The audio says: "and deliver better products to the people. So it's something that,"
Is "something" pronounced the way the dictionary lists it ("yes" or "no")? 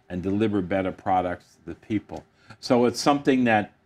yes